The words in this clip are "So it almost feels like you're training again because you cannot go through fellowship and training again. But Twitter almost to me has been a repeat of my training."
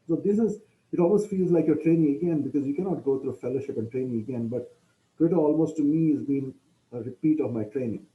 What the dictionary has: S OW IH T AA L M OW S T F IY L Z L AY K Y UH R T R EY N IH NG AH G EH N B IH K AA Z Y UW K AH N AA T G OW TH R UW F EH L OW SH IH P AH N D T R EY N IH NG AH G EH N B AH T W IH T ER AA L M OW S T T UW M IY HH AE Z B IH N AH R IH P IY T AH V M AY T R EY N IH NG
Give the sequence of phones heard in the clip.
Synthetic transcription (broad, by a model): S OW IH T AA L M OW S T F IY L Z L AY K Y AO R T R EY N IH NG AH G EH N B IH K AA Z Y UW K AH N AA T G OW T R UW F EH L OW SH IH P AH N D T R EY N IH NG AH G EH N B AH T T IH T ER AA L M OW S T T UW M IY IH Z B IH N AH R IH P IY T AH V M AY T R EY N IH NG